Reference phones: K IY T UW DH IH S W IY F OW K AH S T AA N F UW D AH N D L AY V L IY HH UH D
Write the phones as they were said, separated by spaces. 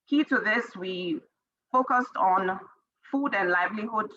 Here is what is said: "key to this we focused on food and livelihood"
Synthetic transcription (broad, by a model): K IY T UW DH IH S W IY F OW K AH S T N F UW D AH N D L AY V L IY HH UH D